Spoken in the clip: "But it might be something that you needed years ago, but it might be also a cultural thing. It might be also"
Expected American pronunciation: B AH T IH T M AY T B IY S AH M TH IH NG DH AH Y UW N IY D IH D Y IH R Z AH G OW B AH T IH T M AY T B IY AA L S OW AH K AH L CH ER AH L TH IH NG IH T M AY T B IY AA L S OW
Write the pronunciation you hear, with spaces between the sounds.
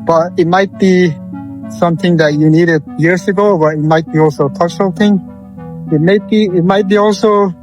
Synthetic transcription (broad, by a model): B AH T IH T M AY T B IY S AH M TH IH NG DH AH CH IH N IY D IH D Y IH R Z AH G OW B AH T IH T M AY T B IY AA L S OW AH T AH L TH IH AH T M IH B IH T M AY T B IY AA L S OW